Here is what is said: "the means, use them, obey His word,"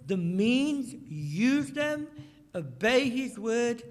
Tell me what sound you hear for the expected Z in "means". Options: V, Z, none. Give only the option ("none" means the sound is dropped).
Z